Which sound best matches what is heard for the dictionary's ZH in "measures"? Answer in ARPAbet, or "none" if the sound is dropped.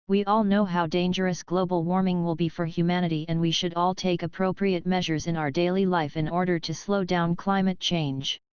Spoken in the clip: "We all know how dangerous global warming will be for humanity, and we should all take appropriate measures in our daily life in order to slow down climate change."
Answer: ZH